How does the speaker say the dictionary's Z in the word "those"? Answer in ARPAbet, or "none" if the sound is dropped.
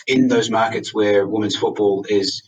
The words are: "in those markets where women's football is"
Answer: Z